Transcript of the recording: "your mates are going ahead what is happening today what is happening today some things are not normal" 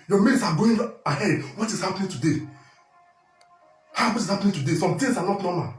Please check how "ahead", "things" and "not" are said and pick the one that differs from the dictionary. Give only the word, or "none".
things